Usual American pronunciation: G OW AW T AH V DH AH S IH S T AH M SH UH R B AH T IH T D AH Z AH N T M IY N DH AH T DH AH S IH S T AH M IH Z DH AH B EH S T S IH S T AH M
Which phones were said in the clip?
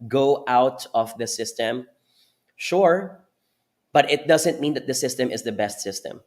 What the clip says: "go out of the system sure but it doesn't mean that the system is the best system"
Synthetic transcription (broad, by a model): G OW AW T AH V DH AH S IH S T AH M SH UH R B AH T IH T D AH Z AH N T M IY N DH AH T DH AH S IH S T AH M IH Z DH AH B EH S T S IH S T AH M